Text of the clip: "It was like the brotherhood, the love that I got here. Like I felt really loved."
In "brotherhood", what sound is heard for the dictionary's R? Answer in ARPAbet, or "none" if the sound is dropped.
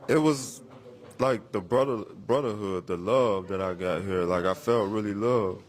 R